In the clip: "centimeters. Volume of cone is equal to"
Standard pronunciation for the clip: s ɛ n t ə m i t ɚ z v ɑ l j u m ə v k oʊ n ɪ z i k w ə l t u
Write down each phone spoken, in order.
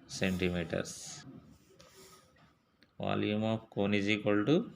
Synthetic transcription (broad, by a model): s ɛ n t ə m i t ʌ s v ɑ l j u m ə f k oʊ n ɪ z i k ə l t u